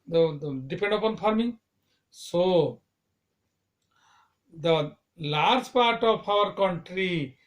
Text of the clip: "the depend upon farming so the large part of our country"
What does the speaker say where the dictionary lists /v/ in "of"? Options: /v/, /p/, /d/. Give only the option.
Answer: /p/